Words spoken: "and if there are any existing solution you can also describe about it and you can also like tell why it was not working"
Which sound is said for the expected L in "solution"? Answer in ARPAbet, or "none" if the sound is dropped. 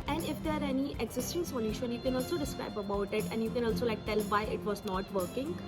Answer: N